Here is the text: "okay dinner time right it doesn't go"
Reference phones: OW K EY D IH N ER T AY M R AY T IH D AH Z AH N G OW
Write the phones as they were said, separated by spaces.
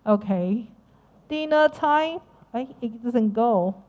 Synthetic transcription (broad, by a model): OW K EY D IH N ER T AY M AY IH D AH Z AH N G OW